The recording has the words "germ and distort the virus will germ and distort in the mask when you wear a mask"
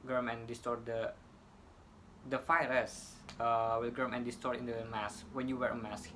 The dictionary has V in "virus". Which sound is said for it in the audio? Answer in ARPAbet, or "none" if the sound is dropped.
F